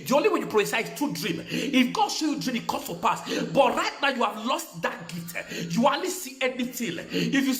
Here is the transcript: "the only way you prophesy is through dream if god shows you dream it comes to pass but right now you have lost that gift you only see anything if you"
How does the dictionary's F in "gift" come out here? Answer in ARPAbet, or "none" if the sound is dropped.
none